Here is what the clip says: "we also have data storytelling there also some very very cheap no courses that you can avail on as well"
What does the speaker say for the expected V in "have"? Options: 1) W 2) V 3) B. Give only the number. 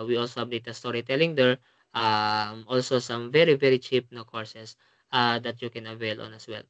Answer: 3